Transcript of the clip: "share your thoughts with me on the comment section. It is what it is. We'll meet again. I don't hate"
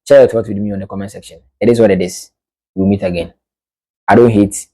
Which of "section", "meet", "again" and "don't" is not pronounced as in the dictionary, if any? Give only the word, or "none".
none